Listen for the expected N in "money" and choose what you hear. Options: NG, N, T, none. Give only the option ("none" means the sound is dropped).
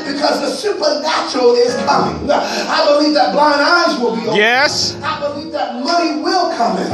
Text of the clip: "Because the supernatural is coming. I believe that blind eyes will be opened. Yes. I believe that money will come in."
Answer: none